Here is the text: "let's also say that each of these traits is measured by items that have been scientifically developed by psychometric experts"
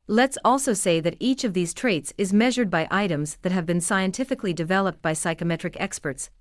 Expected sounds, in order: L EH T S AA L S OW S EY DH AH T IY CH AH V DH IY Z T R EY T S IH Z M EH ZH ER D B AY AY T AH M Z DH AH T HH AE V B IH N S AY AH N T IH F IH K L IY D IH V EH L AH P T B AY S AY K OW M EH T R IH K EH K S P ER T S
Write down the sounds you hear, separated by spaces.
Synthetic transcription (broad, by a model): L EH T S AA L S OW S EY DH AH T IY CH AH V DH IY Z T R EY T S IH Z M EH ZH ER D B AY AY T AH M Z DH AH T HH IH V B IH N S AY AH N T IH F IH K L IY D IH V EH L AH P T B AY S AY K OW M EH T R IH K EH K S P ER T S